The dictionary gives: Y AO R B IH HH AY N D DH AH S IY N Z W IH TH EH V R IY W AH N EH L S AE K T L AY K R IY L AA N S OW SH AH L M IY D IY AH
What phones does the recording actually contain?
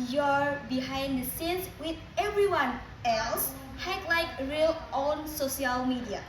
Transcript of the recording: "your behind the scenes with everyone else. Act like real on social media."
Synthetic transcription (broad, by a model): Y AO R B IH HH AY N D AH S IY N S W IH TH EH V R IY W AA N EH L S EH T L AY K R IY L AA N S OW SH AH L M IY D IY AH